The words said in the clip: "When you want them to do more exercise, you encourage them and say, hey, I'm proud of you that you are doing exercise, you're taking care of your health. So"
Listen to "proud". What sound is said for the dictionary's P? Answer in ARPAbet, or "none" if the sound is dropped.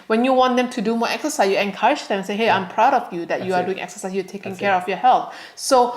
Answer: P